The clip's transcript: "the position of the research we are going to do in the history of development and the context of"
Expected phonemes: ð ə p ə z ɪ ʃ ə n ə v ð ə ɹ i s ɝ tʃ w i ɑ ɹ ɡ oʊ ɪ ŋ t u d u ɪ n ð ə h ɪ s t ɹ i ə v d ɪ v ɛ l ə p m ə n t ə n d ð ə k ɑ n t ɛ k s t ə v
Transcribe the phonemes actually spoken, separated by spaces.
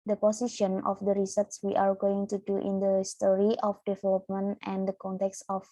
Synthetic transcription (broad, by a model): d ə p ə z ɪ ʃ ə n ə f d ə ɹ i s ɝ s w i ɑ ɹ ɡ oʊ ɪ ŋ t u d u ɪ n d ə s t ɹ i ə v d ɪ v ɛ l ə p m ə n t ə n d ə k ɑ n t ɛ k s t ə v